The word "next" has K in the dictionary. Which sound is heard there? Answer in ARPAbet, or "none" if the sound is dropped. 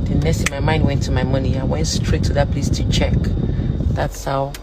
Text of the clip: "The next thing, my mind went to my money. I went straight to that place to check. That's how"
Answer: none